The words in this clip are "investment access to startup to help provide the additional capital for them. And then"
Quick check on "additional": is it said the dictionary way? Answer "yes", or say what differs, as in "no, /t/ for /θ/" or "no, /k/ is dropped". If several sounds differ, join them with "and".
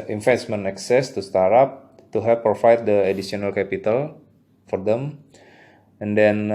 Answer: no, /s/ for /ʃ/